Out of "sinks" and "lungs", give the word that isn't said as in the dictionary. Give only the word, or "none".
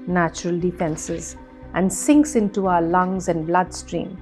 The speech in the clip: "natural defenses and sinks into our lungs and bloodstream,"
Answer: none